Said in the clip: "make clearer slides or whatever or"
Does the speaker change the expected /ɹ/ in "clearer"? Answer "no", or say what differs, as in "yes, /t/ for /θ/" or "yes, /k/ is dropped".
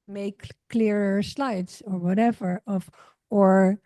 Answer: no